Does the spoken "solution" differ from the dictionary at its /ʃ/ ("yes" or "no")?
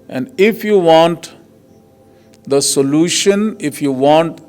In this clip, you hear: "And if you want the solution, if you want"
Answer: no